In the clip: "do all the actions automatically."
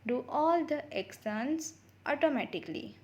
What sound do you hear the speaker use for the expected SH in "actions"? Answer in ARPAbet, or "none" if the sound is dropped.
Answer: S